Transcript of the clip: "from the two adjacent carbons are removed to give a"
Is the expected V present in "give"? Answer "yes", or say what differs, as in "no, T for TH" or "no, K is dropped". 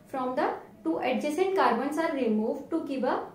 no, B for V